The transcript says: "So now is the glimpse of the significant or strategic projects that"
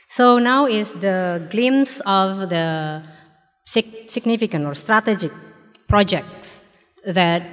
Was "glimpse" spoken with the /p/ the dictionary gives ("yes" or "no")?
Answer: no